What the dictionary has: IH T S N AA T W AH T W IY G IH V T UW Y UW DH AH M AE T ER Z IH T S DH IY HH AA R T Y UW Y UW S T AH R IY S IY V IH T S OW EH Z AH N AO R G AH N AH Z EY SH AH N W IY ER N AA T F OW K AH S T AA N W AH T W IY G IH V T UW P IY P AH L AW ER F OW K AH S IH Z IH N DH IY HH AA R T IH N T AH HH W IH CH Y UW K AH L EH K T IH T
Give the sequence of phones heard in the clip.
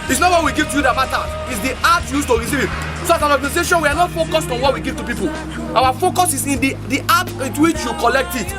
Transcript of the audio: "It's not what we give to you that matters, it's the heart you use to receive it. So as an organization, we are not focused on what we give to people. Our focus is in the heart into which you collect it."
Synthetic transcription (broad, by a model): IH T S N AA T W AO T W IY G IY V T UW Y UW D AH M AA T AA IH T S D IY AA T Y Y UW S T AH R IY S IY V IH T S OW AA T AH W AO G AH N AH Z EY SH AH N W IY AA N AA T F OW K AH S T AA N W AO T W IY G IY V T UW P IY P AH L AW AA F OW K AH S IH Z IH N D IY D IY T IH T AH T W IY CH Y UW K AH L EH K T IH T